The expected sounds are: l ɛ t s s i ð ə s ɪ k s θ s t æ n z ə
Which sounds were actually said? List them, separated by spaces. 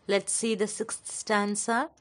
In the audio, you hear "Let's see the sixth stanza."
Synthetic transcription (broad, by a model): l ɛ t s s i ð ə s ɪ k s t s t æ n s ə